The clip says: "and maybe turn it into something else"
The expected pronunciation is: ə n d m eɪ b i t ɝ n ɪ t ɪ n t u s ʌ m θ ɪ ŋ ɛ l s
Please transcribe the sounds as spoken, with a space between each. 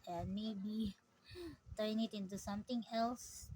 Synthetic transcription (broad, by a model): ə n m eɪ b i t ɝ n ɪ t ɪ n t u s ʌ m t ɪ ŋ ɛ l s